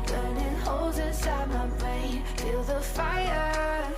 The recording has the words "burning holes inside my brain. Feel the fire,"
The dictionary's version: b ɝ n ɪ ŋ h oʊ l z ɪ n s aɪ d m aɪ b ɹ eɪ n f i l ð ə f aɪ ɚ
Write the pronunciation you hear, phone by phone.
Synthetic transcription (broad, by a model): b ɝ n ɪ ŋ h oʊ l z ɪ n s aɪ d m aɪ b eɪ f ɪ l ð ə f aɪ ɚ